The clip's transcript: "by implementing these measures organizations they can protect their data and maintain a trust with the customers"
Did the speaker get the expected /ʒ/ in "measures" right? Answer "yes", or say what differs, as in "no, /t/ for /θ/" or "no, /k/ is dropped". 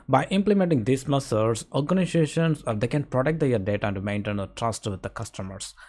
no, /s/ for /ʒ/